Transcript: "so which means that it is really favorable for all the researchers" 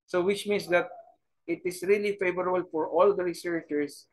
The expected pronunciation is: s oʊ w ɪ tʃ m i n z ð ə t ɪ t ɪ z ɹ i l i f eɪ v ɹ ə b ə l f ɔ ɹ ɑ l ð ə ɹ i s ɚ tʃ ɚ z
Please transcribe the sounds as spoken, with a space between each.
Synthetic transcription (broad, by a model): s oʊ w ɪ tʃ m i n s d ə t ɪ t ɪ s ɹ i l i f eɪ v ɹ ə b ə l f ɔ ɹ ɑ l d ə ɹ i s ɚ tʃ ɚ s